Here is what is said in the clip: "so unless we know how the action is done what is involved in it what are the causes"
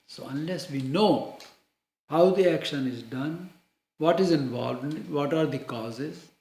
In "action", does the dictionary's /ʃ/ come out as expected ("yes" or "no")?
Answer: yes